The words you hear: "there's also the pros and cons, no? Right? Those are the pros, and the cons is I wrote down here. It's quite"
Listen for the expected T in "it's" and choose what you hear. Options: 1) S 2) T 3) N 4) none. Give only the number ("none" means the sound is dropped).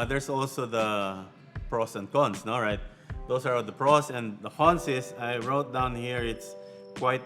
2